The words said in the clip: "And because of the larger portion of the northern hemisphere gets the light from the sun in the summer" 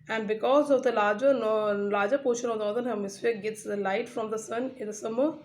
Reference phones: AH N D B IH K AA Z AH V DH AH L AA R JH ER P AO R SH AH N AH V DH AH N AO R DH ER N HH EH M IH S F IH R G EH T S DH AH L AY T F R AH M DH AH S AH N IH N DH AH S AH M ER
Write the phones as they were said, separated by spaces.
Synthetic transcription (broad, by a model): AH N D B IH K AA Z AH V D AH L AA L JH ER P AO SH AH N AH V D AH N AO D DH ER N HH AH M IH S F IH G EH T S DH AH L AY T F R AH M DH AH S AH N IH N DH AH S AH M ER